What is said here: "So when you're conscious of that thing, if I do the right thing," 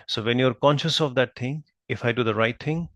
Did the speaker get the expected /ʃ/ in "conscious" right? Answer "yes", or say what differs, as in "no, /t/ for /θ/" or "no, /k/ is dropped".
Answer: yes